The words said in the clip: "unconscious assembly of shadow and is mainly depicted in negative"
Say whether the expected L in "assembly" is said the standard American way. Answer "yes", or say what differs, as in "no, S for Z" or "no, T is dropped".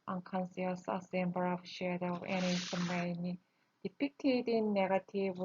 no, L is dropped